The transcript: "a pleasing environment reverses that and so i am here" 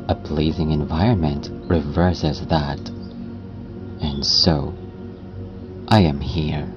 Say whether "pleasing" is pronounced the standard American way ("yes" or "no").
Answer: yes